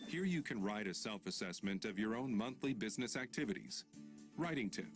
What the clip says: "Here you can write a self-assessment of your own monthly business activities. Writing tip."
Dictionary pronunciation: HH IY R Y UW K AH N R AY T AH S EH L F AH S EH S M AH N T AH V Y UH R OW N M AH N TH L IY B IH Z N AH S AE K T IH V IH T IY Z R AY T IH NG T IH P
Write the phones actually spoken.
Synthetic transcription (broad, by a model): HH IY R Y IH K AH N R AY T AH S EH L F AH S EH S M AH N T AH V Y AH R OW N M AH N TH L IY B IH Z N AH S AE K T IH V IH T IY Z R AY T IH NG T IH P